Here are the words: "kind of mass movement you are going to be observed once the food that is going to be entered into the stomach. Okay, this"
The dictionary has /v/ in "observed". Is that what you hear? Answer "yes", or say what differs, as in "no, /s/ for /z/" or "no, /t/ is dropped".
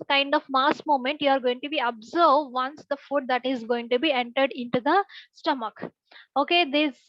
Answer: no, /v/ is dropped